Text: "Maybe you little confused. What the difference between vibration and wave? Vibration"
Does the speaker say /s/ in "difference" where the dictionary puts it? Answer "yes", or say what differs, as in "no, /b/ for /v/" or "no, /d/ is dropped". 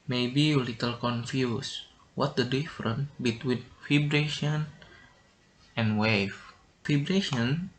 no, /s/ is dropped